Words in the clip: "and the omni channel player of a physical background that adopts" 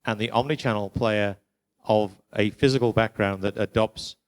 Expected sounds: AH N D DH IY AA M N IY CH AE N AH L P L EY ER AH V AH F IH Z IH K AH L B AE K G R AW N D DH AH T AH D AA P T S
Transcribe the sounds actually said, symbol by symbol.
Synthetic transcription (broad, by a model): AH N DH IY AA M N IY CH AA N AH L P L EY ER AH V AH F IH Z IH K AH L B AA K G R AW N DH AH T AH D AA P T S